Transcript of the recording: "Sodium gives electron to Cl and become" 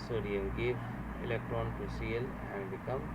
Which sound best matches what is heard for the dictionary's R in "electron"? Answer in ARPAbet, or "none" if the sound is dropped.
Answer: R